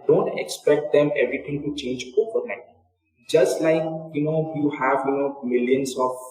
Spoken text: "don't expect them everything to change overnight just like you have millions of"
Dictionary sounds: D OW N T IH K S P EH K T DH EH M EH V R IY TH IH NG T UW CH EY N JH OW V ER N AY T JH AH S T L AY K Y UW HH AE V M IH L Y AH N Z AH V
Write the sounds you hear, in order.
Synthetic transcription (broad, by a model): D OW N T IH K S P EH K T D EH M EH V R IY T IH NG T UW CH EY N JH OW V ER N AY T JH AH S T L AY K Y UW HH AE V M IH L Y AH N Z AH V